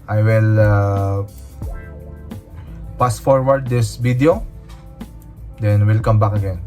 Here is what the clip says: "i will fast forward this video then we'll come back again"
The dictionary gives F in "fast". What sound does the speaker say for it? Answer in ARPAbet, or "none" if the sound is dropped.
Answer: P